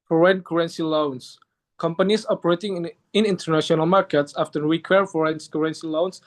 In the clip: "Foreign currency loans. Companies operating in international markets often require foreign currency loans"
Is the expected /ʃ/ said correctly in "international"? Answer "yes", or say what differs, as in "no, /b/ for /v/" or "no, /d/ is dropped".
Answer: yes